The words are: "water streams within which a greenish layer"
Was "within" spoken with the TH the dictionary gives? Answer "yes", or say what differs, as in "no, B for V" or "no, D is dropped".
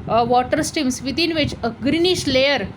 no, T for TH